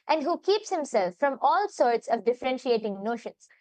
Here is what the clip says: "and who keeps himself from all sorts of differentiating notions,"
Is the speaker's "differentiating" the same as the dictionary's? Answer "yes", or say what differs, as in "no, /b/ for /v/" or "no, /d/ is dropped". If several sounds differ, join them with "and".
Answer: yes